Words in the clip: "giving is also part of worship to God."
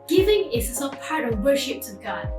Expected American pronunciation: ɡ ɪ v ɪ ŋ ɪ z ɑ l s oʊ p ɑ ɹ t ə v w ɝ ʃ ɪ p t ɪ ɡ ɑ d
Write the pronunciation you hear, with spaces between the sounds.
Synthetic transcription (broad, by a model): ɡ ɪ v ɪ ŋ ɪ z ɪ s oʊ p ɑ ɹ t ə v w ɝ ʃ ɪ p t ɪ ɡ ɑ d